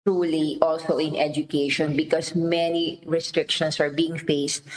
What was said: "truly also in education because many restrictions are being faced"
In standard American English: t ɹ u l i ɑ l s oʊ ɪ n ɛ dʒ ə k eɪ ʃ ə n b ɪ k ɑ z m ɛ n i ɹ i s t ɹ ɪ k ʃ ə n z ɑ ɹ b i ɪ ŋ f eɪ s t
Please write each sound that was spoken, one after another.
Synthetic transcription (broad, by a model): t ɹ u l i ɑ l s oʊ ɪ n ɛ dʒ ə k eɪ ʃ ə n b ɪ k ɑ s m ɛ n i ɹ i s t ɹ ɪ k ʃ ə n s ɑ ɹ b i ɪ ŋ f eɪ s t